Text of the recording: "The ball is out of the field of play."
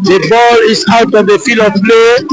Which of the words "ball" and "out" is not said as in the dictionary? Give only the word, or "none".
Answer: none